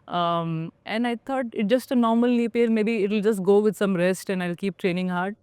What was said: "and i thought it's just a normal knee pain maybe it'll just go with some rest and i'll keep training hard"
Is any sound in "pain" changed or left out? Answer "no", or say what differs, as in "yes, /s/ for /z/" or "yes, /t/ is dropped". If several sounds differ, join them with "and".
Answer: yes, /l/ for /n/